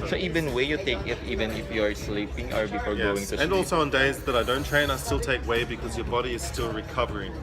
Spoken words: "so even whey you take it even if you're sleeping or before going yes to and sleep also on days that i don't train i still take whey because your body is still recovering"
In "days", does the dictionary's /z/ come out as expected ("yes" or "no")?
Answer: yes